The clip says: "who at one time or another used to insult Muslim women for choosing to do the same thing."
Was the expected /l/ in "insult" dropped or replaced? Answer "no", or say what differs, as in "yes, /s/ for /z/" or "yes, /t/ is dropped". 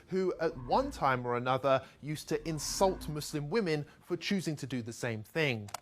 no